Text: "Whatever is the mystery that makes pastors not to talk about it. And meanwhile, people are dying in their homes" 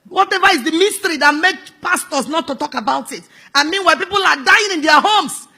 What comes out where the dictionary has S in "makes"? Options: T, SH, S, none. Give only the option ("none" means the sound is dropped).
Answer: none